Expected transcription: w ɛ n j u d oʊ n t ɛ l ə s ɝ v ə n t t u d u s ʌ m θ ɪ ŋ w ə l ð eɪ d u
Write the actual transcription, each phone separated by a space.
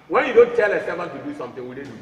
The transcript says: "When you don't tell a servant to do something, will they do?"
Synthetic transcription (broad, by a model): w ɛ n j u d oʊ n t ɛ l ə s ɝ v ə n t t u d u s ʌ m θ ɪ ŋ w ə l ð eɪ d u